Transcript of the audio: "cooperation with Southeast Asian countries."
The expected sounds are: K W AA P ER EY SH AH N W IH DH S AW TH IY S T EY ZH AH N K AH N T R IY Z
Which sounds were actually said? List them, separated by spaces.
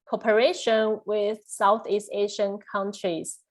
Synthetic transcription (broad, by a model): K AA P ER EY SH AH N W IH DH S AW TH IY S T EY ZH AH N K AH N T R IY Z